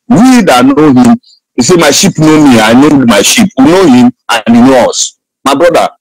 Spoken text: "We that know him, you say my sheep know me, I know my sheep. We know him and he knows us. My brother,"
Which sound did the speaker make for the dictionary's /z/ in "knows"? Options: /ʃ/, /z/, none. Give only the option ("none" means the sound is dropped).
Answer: none